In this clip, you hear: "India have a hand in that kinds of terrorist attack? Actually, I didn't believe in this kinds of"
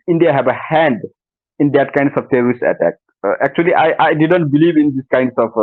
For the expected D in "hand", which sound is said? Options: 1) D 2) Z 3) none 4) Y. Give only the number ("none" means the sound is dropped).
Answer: 1